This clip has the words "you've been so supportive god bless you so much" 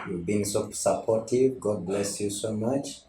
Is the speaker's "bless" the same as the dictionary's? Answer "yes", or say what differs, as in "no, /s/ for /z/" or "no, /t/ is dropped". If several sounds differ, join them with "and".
yes